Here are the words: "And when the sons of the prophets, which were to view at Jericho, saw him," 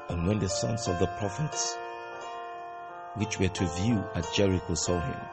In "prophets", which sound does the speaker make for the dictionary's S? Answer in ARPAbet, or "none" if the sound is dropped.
S